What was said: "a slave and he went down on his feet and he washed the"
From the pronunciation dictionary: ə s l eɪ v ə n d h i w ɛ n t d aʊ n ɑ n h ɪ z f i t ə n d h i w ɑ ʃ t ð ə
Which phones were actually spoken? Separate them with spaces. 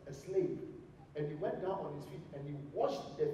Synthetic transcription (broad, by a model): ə s l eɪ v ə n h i w ɛ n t d aʊ n ɑ n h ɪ s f i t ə n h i w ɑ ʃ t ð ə